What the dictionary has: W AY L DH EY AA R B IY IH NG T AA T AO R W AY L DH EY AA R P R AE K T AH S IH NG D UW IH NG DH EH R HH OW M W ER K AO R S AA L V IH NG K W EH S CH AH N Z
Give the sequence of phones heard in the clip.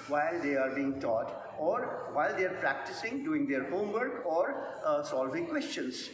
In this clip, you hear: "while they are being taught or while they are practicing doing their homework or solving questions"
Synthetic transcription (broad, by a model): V AY L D EY AA R B IY IH NG T AA T AO R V AY L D EY AA R P R AE K T AH S IH NG D UW IH NG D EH R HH OW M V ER K AO R S AA L V IH NG K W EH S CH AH N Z